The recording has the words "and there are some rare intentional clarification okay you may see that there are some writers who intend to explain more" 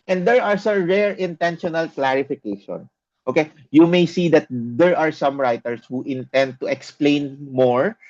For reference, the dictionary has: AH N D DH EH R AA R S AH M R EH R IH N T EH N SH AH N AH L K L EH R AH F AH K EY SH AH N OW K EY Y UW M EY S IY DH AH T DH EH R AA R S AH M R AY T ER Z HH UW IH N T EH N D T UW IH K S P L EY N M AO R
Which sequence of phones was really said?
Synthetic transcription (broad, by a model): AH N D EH R AA R S AH M R EH R IH N T EH N SH AH N AH L K L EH R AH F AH K EY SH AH N OW K EY Y UW M EY S IY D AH T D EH R AA R S AH M R AY T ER S HH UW IH N T EH N D T UW IH K S P L EY N M AO R